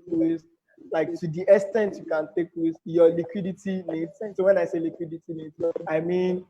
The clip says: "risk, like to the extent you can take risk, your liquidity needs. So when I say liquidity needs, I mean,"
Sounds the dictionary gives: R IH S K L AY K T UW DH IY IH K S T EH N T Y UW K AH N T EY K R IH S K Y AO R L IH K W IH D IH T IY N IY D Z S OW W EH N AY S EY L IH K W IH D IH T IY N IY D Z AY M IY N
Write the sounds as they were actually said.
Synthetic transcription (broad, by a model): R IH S L AY K T UW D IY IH S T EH N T Y UW K AH N T EY K W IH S Y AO L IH K W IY D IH T IY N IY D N S OW W EH N AY S EY L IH K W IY D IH T IY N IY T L AY M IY N